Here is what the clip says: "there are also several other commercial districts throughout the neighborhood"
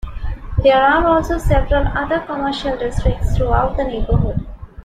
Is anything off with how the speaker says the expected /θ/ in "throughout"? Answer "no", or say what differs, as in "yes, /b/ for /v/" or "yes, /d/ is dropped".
yes, /t/ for /θ/